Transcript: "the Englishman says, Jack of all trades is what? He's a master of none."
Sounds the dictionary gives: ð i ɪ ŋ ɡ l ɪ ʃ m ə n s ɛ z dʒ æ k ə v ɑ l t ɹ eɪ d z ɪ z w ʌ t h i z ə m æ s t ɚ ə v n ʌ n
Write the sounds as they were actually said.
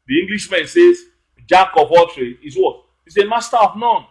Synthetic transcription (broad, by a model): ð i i ŋ ɡ l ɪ ʃ m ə n s ɛ z dʒ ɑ k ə p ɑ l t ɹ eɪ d ɪ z w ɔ t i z ə m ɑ s t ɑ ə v n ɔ n